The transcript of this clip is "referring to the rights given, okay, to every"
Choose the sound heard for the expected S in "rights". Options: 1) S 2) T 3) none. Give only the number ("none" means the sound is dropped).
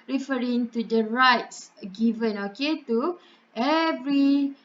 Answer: 1